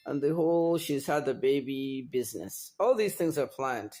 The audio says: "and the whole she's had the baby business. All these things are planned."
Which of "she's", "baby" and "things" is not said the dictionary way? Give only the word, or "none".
none